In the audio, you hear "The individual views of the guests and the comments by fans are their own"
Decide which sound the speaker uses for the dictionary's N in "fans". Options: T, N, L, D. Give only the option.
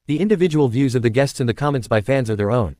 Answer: N